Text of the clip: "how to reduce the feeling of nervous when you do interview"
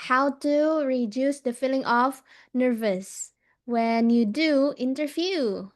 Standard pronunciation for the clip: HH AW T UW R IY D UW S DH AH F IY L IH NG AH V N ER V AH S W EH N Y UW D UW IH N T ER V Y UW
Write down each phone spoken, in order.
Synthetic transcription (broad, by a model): HH AW T UW R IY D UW S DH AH F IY L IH NG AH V N ER V AH S W EH N Y UW D UW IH N T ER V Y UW